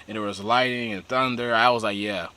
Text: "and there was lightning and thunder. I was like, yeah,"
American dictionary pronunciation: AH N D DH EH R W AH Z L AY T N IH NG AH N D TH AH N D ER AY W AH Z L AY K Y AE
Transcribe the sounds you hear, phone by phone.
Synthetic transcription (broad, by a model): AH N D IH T W AH Z L AY T IH NG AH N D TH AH N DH ER AY W AH Z L AY K Y AE